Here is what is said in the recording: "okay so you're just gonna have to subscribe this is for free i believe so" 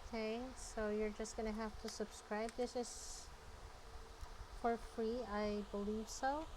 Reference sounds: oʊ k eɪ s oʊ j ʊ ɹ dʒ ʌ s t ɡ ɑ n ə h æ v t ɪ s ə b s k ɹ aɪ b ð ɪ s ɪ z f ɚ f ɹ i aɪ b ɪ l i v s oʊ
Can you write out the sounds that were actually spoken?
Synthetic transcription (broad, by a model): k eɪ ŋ oʊ j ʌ ɹ dʒ ʌ s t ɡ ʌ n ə h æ f t ɪ s ə b s k ɹ aɪ b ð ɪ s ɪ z f ɚ f ɹ i aɪ b ɪ l i v s oʊ